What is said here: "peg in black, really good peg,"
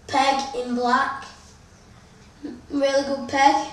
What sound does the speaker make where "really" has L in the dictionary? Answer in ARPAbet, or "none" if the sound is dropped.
L